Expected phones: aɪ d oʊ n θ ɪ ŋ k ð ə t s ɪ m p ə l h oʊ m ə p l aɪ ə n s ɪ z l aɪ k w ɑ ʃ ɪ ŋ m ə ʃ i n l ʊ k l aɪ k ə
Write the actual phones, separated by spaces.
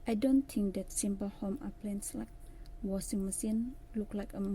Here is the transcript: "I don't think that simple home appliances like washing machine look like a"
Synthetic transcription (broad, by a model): aɪ d oʊ n t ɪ ŋ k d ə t s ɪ m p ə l h oʊ m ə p l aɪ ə n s l aɪ k w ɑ s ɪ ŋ m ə s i n l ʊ k l aɪ k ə